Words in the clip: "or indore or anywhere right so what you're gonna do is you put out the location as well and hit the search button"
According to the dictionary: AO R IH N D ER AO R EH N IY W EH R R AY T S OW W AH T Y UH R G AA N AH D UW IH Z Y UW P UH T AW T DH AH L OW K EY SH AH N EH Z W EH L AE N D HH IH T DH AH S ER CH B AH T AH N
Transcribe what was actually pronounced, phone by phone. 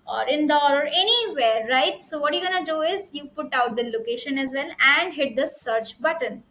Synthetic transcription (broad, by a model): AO R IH N D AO AO R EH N IY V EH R R AY T S OW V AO T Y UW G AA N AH D UW IH Z Y UW P UH T AW T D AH L OW K EY SH AH N EH Z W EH L AE N D HH IH T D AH S ER CH B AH T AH N